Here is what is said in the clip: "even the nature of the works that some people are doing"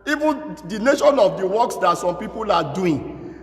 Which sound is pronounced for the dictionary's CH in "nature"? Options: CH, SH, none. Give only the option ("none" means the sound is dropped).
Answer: SH